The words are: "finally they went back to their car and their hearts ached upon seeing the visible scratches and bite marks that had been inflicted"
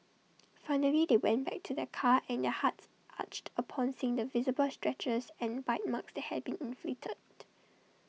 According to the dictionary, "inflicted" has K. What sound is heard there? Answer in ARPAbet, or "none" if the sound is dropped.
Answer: none